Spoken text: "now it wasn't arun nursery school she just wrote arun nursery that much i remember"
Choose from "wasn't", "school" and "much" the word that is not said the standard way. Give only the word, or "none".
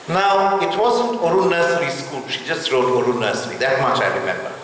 none